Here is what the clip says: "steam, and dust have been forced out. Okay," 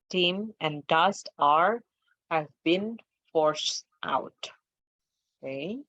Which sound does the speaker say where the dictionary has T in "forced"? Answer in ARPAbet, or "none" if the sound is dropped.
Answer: T